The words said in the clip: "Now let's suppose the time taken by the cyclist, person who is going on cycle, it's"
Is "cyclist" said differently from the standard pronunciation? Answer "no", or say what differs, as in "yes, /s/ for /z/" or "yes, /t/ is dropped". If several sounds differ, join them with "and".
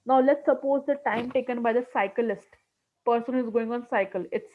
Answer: no